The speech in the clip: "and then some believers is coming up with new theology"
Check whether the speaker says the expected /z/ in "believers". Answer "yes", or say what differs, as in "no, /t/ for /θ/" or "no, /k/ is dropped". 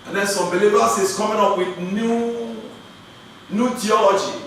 no, /s/ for /z/